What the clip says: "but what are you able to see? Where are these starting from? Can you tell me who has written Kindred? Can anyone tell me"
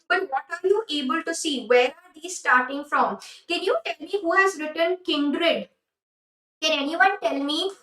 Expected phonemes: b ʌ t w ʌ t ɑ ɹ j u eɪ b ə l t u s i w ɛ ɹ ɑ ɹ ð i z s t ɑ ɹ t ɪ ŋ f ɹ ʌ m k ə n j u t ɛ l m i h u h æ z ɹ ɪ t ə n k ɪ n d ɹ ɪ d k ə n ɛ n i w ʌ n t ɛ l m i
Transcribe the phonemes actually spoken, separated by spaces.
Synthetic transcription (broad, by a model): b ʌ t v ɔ t ɑ ɹ j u eɪ b ə l t u s i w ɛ ɹ ɑ ɹ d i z s t ɑ ɹ t ɪ ŋ f ɹ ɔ m k ə n j u t ɛ l m i h u h æ z ɹ ɪ t ə n k ɪ n d ɹ ɪ d k ə n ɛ n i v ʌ n t ɛ l m i